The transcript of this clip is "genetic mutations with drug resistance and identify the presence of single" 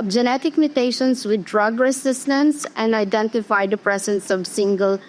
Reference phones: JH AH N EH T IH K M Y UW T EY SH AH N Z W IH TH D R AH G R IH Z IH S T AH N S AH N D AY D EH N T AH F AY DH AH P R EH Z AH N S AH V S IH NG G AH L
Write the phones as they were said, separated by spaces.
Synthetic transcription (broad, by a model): JH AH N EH T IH K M Y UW T EY SH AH N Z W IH D R AH G R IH S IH S T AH N S AH N D AY D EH N T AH F AY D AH P R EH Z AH N S AH V S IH NG G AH L